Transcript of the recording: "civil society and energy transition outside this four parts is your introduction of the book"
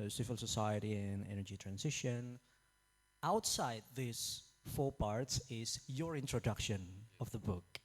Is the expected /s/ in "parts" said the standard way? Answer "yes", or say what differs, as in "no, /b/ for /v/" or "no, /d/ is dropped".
yes